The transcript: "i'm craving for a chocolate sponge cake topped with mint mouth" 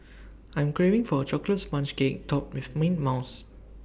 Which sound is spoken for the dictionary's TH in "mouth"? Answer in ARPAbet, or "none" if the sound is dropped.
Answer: S